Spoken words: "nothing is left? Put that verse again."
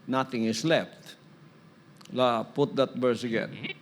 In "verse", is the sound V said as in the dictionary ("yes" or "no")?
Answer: no